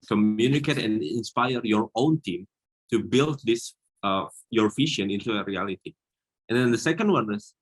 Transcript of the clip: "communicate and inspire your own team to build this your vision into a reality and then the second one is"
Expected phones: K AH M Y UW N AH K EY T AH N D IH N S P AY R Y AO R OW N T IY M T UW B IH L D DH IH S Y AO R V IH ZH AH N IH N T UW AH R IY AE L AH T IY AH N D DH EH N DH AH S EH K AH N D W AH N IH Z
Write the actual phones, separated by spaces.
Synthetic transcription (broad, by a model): K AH M Y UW N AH K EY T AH N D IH N S P AY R Y AO R OW N T IY M T UW B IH L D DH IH S Y AO R F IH SH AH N IH N T UW AH R IY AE L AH T IY AH N D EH N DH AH S EH K AH N D W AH N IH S